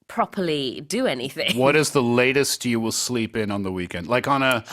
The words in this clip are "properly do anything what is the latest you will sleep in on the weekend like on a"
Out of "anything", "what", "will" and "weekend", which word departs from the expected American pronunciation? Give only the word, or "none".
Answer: none